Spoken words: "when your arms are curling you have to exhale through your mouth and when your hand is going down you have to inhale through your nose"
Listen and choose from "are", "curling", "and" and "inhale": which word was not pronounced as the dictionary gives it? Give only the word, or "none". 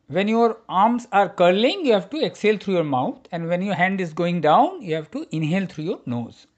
none